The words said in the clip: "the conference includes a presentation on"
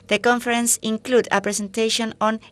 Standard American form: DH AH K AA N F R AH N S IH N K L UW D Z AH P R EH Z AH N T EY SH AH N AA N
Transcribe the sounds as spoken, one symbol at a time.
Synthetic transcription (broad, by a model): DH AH K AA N F R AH N S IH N K L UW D AH P R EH S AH N T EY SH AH N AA N